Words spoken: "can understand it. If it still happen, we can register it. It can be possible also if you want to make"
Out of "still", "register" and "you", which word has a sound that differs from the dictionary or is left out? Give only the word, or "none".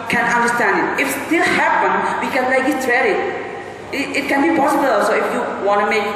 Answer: register